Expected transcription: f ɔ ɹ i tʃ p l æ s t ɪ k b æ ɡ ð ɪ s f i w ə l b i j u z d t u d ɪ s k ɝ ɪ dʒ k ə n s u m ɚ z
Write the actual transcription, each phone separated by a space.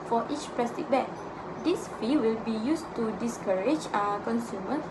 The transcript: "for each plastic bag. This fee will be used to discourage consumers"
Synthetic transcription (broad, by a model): f ɔ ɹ i tʃ p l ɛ s t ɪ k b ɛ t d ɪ s f i w ə l b i j u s t u d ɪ s k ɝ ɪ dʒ k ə n s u m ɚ